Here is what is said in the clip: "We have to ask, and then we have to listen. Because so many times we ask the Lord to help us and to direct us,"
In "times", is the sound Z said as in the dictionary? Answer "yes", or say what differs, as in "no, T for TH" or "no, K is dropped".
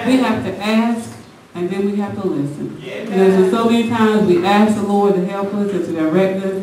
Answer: yes